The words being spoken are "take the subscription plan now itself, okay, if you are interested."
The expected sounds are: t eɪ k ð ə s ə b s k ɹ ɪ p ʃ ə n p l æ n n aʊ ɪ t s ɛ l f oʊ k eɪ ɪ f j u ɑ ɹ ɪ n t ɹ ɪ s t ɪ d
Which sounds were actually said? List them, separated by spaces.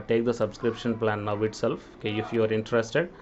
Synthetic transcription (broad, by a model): t eɪ k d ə s ə b s k ɹ ɪ p ʃ ə n p l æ n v ɪ t s ɛ l f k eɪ ɪ f j u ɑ ɹ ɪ n t ɹ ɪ s t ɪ d